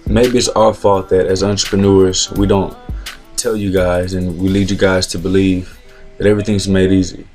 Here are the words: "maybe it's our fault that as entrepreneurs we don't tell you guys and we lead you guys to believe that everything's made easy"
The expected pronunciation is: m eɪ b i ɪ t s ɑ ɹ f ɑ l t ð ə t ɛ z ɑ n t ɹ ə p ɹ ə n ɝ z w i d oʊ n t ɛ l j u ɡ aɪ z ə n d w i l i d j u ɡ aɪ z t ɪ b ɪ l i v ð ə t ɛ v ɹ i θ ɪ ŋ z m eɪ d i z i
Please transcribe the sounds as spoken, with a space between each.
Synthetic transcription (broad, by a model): m eɪ b i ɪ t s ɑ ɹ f ɑ t ð ə t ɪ z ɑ n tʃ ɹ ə p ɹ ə n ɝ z w i d oʊ n t ɛ l j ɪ ɡ aɪ z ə n w i l i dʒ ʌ ɡ aɪ z t ɪ b ɪ l i v ð ə t ɛ v ɹ i θ ɪ ŋ z m eɪ d i z i